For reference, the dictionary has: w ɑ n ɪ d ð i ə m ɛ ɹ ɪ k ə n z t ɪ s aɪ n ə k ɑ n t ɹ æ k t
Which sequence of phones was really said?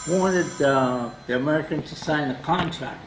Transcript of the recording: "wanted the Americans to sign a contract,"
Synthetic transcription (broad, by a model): w ɑ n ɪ d ð i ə m ɛ ɹ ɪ k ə n t ɪ s aɪ n ə k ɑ n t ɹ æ k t